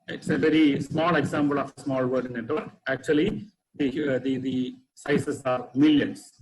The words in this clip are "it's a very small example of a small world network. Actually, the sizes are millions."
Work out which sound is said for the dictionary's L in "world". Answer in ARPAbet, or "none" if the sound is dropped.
none